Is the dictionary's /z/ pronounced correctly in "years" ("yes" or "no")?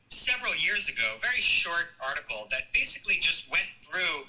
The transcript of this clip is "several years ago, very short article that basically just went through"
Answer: yes